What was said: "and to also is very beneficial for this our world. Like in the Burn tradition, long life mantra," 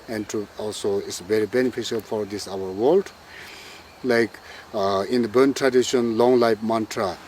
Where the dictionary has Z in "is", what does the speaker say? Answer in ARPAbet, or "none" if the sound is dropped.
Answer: S